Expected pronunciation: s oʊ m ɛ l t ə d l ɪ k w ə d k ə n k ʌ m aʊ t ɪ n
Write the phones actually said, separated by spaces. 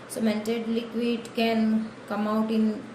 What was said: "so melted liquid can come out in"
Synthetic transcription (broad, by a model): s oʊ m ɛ n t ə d l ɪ k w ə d k ə n k ʌ m aʊ t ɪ n